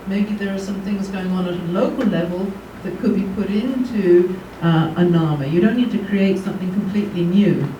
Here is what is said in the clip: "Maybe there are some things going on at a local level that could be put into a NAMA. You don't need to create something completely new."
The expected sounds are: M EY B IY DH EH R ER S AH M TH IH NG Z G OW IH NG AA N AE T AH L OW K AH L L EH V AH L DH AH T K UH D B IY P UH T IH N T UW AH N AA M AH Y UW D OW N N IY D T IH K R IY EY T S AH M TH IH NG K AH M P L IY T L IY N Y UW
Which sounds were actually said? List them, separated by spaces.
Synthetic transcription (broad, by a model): M EY B IY DH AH R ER S AH M TH IH NG Z G OW IH NG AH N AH T AH L OW K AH L L EH V AH L DH AH T K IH D B IY P UH T IH N T UW AH N AA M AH Y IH D OW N N IY D T IH K R IY EY T S AH M TH IH NG K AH M P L IY T L IY N Y UW